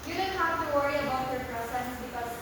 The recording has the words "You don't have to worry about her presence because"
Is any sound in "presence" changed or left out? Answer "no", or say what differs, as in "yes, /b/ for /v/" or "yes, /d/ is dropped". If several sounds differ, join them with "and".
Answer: yes, /s/ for /z/